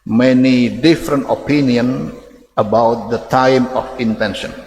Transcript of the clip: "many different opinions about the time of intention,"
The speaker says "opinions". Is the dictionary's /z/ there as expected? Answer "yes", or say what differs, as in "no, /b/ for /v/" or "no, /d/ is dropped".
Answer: no, /z/ is dropped